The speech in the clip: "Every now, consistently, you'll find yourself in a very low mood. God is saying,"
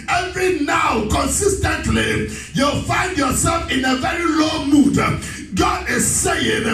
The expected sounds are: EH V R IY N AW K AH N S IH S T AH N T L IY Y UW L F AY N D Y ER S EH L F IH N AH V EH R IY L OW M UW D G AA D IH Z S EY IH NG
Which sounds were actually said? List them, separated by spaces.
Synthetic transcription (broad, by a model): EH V R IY N AW K AH N S IH S T AH N T L IY Y UW L F AY N D Y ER S EH L F IH N AH V EH R IY L OW M UW D G AA D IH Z S EY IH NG